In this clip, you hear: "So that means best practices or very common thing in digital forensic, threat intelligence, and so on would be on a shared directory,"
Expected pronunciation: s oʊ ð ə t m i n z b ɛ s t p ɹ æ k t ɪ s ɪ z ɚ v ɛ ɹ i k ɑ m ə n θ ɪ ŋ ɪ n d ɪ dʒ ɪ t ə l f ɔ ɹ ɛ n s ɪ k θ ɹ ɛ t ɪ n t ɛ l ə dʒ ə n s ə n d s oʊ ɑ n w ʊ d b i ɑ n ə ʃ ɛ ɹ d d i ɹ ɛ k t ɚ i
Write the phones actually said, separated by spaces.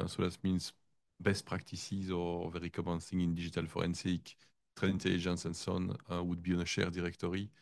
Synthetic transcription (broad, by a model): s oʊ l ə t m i n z b ɛ s t p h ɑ k t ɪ s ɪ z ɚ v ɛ ɹ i k ɑ m ə n s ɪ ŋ ɪ n d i ʒ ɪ t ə l f ɔ ɹ ɛ n s ɪ k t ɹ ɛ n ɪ n t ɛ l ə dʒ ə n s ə n s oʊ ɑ n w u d b i ɑ n ə ʃ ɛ ɹ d d i ɹ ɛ k t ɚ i